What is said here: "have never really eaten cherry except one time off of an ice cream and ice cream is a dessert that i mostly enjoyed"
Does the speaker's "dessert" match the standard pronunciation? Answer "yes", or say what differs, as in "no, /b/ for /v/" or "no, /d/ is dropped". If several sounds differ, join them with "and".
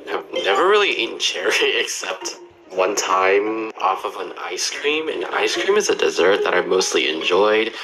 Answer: yes